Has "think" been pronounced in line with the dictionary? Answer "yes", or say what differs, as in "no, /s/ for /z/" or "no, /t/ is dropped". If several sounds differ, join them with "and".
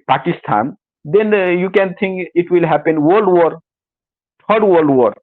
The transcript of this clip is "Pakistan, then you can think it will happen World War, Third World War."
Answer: no, /t/ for /θ/